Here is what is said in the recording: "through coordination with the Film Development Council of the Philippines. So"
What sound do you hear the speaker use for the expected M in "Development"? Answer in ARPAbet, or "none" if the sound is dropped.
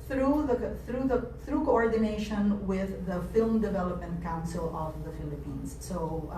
M